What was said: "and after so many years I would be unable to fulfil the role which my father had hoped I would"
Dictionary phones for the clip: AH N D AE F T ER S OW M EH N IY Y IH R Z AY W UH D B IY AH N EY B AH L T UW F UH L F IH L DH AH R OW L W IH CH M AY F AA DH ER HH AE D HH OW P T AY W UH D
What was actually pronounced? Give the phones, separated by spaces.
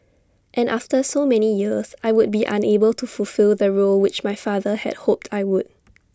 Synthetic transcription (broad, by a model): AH N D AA F T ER S OW M EH N IY Y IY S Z AY W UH D B IY AH N EY B AH L T UW F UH L F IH L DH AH R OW L W IH CH M AY F AA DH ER HH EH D HH OW P T AY W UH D